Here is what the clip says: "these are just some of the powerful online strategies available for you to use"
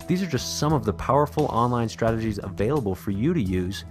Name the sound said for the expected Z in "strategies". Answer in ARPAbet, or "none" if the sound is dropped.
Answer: Z